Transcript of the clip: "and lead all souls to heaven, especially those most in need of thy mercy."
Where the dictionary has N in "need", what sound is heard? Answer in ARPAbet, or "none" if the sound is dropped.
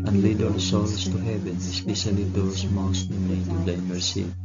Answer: L